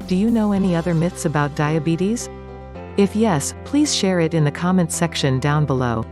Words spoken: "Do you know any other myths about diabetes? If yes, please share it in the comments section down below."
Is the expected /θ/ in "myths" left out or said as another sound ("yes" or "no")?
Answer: no